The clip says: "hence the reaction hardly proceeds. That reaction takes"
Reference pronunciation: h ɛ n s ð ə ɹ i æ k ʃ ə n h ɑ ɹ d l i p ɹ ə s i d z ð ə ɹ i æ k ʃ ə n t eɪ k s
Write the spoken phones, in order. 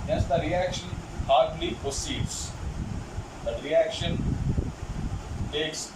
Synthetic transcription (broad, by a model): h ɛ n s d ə ɹ i æ k ʃ ə n h ɑ ɹ d l i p ə s i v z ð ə ɹ i æ k ʃ ə n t eɪ k s